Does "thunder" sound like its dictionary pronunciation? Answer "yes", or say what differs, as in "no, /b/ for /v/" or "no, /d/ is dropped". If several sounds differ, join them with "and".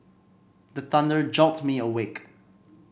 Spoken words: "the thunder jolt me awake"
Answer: yes